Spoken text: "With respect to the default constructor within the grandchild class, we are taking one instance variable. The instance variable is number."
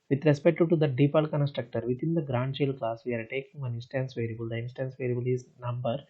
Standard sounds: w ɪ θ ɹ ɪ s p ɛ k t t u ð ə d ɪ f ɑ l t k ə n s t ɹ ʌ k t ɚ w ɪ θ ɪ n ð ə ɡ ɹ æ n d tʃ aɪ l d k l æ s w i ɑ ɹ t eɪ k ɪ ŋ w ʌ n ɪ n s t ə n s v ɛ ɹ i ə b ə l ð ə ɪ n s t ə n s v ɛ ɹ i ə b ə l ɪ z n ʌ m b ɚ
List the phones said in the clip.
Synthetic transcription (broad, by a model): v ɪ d ɹ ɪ s p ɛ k t t u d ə d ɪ p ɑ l k ə n s t ɹ ʌ k t ɚ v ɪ t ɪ n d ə ɡ ɹ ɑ n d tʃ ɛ l k l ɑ s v i ɑ ɹ t eɪ k ɪ ŋ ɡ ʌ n ɪ n s t ə n s v ɛ ɹ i b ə l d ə ɪ n s t ə n s v ɛ ɹ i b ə l ɪ z n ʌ m b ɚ